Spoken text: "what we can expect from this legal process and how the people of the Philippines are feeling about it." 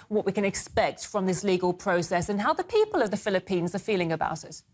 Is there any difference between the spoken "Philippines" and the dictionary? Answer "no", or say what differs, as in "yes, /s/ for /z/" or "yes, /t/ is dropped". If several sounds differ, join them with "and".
no